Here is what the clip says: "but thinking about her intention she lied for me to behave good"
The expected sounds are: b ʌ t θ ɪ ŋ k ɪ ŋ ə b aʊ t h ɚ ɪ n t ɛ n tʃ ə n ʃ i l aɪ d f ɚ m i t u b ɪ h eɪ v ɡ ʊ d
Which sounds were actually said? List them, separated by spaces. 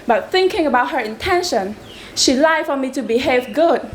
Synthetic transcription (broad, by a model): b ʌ t θ ɪ ŋ k ɪ ŋ ə b aʊ t h ɚ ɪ n t ɛ n ʃ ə n ʃ i l aɪ f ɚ m i t u b ɪ h eɪ v ɡ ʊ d